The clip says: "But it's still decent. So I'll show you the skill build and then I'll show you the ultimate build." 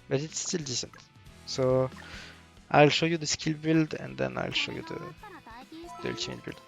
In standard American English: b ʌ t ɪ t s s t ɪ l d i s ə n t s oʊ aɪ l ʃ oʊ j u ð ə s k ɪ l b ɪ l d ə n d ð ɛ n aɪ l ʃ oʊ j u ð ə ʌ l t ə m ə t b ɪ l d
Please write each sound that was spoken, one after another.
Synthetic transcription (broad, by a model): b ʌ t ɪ t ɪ s t ɪ l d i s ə n t s oʊ aɪ l ʃ oʊ j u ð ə s k ɪ l b ɪ l d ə n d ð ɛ n aɪ l ʃ oʊ j u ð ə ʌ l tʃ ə ə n b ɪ l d